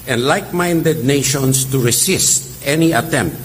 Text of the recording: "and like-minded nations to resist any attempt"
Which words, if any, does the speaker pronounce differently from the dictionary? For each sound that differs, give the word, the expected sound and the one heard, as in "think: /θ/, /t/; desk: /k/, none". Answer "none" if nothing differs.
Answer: nations: /z/, /s/; resist: /z/, /s/